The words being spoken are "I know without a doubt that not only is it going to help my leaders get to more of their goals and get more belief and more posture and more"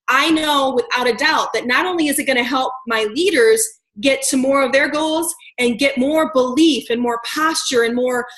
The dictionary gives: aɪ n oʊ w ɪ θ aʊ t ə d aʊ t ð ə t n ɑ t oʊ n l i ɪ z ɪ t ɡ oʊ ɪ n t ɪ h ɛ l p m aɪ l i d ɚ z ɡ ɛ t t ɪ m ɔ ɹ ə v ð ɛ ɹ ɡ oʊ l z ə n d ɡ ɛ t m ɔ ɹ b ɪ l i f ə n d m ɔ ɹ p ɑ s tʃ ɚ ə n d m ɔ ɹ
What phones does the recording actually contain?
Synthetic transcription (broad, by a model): aɪ n oʊ w ɪ θ aʊ t ə d aʊ t ð ə t n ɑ t oʊ n l i ɪ z ɪ t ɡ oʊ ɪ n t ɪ h ɛ l p m aɪ l i d ɚ z ɡ ɛ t t ɪ m ɔ ɹ ə v ð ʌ ɹ ɡ oʊ l z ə n ɡ ɛ t m ɔ ɹ b ɪ l i f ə n m ɔ ɹ p ɑ s tʃ ɚ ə n m ɔ ɹ